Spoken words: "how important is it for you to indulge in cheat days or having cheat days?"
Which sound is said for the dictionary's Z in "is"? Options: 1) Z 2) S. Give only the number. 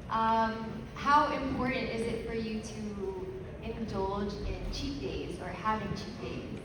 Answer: 1